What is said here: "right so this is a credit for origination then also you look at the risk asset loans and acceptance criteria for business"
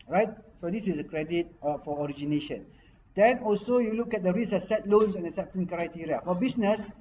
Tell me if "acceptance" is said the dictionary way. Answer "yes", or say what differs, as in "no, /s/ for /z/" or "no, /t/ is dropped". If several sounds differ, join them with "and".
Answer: no, /k/ is dropped and /s/ is dropped